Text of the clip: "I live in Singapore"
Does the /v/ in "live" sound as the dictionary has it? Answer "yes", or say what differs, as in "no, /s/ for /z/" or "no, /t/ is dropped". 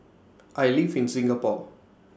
no, /f/ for /v/